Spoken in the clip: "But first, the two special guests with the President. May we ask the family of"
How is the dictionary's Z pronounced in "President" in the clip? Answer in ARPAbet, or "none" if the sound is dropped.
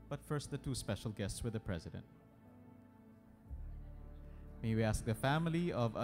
Z